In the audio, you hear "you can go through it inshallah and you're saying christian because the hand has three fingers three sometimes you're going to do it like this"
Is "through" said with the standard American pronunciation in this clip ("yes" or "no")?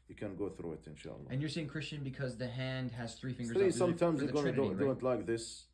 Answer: yes